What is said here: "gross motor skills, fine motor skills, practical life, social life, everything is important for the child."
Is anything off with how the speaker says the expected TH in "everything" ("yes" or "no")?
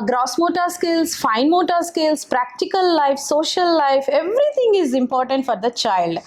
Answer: yes